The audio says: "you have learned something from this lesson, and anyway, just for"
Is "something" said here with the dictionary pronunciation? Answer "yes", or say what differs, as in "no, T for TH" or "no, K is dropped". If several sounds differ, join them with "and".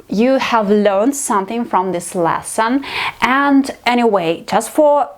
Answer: yes